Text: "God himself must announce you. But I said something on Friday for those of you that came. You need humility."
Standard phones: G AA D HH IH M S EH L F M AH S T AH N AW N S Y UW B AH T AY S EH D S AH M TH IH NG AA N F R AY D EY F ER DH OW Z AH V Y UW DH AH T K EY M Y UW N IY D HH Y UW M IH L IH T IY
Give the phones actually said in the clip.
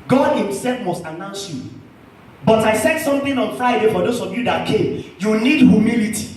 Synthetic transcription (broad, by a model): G AA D HH IH M S EH L F M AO S T AH N AW N S Y UW B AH T AY S EH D S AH M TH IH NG AA N F R AY D EY F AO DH OW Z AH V Y UW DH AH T K EY M Y UW N IY D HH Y UW M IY L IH T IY